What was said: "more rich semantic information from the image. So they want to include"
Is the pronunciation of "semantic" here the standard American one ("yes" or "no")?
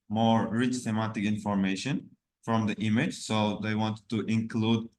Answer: no